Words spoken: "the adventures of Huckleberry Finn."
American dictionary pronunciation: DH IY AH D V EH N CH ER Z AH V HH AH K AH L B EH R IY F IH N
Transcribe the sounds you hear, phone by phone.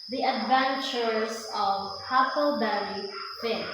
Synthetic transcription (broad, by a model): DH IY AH D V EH N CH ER S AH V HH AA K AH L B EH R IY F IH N